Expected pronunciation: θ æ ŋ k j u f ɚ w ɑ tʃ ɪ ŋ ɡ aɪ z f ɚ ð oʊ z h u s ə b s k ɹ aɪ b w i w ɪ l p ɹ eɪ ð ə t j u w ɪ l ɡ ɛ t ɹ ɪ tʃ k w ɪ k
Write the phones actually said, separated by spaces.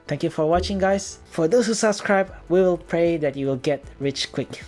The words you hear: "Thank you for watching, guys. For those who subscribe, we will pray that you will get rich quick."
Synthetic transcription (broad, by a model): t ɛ ŋ k j u f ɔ w ɑ tʃ ɪ ŋ ɡ aɪ s f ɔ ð oʊ s h u s ə b s k ɹ aɪ b w i w ɪ l p ɹ eɪ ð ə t j u w ɪ l ɡ ɛ t ɹ ɪ tʃ k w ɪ k